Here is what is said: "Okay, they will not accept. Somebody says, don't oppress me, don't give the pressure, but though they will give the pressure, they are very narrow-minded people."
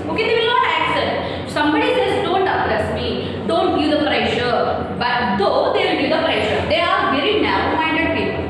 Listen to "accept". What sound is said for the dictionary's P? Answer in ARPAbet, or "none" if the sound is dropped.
none